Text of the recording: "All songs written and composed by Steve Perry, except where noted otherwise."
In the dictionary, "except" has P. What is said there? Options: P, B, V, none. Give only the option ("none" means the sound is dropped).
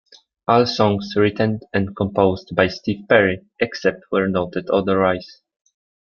P